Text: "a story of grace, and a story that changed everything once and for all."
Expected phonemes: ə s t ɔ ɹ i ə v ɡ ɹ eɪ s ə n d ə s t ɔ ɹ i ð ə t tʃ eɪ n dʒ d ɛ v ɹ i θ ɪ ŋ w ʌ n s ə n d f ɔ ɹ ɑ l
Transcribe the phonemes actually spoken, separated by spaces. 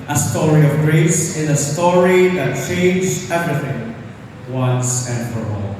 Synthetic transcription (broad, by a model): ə s t ɔ ɹ i ə v ɡ ɹ eɪ s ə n ə s t ɔ ɹ i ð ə t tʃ eɪ n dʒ ɛ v ɹ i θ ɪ ŋ w ʌ n s ə n d f ɔ ɹ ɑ l